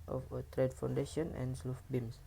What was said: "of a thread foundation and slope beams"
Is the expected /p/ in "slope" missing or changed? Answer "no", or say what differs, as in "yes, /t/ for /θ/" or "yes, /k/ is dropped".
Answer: yes, /f/ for /p/